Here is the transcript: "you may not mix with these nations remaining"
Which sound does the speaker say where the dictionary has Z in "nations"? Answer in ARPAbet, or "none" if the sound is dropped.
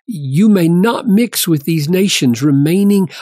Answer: Z